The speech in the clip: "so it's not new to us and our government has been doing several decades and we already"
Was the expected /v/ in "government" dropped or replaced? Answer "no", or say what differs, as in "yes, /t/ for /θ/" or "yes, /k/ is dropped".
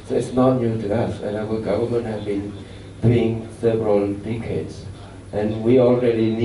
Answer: no